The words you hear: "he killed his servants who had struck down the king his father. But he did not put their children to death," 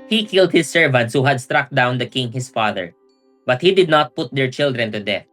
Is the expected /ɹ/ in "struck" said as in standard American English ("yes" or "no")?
yes